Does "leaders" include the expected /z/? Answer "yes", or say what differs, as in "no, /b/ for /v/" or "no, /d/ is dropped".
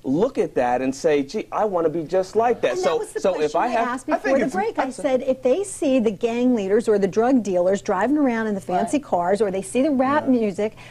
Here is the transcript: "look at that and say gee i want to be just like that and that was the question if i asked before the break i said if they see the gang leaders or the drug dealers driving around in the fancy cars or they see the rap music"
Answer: yes